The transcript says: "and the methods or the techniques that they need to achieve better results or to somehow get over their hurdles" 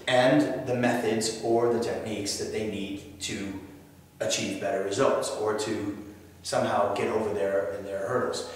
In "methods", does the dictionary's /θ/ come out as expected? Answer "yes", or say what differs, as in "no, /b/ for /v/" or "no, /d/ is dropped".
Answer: yes